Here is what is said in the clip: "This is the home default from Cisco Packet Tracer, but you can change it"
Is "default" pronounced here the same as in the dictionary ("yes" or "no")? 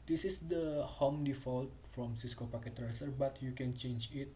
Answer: yes